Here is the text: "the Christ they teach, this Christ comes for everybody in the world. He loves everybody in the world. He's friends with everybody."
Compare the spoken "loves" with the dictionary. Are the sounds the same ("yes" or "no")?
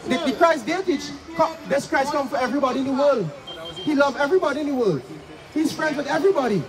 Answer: no